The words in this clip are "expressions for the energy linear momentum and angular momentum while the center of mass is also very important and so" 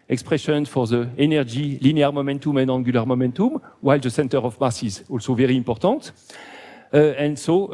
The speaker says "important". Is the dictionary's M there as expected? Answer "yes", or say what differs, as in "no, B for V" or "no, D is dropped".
no, M is dropped